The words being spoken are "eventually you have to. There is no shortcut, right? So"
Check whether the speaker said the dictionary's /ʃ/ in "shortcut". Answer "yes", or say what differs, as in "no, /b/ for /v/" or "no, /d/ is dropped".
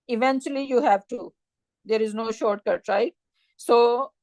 yes